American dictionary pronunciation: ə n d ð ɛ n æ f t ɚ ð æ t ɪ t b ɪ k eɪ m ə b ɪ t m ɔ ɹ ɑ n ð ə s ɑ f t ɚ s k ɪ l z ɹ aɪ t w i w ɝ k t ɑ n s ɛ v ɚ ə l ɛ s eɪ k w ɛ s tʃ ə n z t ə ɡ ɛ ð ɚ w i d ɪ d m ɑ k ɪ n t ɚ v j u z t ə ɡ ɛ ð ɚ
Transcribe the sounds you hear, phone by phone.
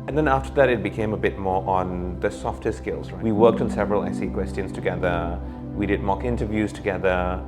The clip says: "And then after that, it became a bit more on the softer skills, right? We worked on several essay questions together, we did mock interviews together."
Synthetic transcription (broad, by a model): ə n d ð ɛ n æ f t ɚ ð æ t ɪ t b ɪ k eɪ m ə b ɪ t m ɔ ɹ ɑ n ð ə s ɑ f t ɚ s k ɪ l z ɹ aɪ w i w ɝ k t n s ɛ v ɚ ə l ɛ s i k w ɛ s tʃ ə n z t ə ɡ ɛ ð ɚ w i d ɪ d m ɑ k ɪ n t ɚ v j u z t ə ɡ ɛ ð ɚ